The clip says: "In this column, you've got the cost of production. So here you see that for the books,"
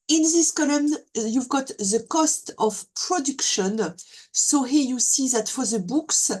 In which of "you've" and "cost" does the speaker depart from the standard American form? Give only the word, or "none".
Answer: none